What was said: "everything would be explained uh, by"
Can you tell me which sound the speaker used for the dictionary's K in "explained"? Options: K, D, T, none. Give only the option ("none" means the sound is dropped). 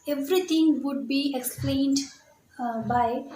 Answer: K